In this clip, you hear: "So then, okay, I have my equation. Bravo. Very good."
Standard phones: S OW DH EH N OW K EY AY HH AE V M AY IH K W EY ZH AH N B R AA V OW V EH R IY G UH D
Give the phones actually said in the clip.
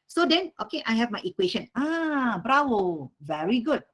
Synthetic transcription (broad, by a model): S OW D EH N OW K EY AY HH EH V M AY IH K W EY SH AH N B R AA W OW V EH R IY G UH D